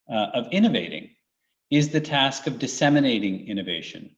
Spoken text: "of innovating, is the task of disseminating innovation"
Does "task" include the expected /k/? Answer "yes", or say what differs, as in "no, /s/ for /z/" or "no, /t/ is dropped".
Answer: yes